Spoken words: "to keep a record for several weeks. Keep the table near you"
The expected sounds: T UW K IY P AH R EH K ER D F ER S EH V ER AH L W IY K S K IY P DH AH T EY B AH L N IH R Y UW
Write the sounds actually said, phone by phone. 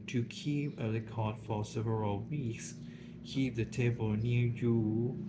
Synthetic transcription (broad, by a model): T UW K IY P AH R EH K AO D F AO S EH V ER AH L W IY K S K IY P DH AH T EY B AH L N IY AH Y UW